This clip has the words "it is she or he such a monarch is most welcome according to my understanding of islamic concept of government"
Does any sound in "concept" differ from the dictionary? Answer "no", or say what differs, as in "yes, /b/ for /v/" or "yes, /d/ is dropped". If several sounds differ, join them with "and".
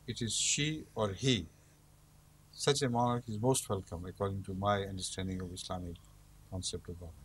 no